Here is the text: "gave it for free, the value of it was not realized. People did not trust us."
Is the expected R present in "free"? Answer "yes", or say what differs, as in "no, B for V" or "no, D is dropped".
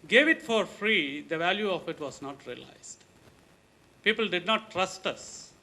yes